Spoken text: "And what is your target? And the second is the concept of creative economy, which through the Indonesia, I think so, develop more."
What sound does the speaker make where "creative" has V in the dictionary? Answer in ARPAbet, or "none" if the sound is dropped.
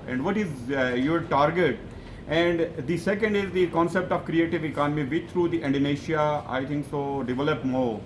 V